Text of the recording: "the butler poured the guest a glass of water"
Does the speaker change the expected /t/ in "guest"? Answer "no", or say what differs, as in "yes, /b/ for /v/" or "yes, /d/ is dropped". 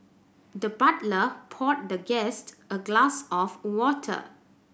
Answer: no